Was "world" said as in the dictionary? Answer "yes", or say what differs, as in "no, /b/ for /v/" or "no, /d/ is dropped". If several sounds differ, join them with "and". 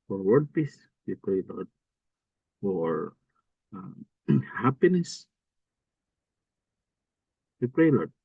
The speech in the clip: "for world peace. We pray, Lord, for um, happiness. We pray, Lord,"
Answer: no, /l/ is dropped